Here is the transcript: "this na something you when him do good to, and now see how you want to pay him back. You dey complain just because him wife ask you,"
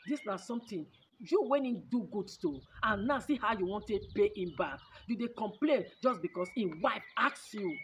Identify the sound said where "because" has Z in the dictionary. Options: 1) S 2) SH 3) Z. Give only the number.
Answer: 1